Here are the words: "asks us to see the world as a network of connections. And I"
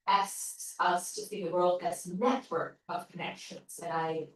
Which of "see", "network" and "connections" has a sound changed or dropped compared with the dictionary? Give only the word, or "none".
see